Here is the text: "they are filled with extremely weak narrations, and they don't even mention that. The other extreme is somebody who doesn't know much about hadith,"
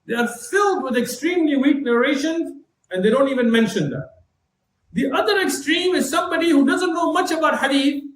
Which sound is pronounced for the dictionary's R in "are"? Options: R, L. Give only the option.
R